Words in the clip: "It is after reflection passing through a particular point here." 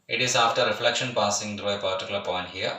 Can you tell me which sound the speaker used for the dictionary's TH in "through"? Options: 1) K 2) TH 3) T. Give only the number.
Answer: 3